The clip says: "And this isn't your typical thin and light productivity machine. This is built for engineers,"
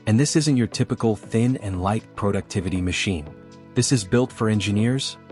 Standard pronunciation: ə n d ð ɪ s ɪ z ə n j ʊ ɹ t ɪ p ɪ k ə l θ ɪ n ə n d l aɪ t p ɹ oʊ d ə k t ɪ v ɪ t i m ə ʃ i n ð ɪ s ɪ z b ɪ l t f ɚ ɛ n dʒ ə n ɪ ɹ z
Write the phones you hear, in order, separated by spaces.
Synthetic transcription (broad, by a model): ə n ð ɪ s ɪ z ə n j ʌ ɹ t ɪ p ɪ k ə l θ ɪ n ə n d l aɪ t p ɹ oʊ d ə k t ɪ v ɪ t i m ə ʃ i n ð ɪ s ɪ z b ɪ l t f ɚ ɛ n dʒ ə n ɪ ɹ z